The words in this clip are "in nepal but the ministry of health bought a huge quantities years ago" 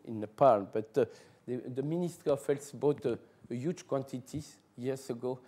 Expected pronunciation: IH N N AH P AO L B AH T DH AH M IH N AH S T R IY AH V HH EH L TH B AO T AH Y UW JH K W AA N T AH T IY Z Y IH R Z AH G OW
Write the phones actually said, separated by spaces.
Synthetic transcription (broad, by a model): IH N N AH P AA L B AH T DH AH M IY N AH S T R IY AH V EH L S B AO T AH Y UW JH K W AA N T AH T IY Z Y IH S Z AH G OW